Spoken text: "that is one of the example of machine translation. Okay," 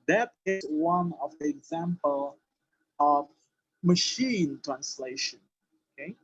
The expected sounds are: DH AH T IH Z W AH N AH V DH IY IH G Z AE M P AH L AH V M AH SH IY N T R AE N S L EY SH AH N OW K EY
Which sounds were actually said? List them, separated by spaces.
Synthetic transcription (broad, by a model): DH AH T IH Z W AH N AH V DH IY IH G Z AE M P AH L AH V M AH SH IY N T R AE N S L EY SH AH N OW K EY